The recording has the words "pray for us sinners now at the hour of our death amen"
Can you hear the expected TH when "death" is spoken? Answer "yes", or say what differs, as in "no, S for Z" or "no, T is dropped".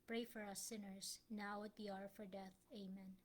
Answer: yes